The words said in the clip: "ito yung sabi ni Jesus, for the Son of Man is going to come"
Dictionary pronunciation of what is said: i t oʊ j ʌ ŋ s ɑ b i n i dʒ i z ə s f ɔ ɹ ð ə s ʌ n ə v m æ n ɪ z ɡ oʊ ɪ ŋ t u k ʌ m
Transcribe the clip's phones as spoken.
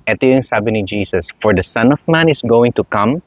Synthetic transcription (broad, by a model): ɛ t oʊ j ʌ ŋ s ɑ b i n i dʒ i s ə s f ɔ ɹ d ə s ʌ n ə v m æ n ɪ s ɡ oʊ ɪ ŋ t u k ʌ m